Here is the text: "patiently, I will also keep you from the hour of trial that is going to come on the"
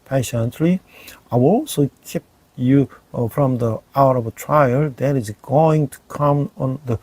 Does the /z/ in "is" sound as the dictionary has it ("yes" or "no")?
no